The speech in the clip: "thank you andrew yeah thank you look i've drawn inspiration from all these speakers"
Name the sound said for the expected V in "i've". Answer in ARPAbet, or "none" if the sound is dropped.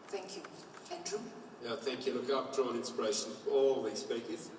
P